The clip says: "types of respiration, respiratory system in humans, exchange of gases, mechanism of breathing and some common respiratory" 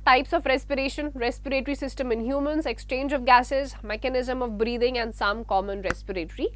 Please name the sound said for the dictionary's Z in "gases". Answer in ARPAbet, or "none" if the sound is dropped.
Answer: Z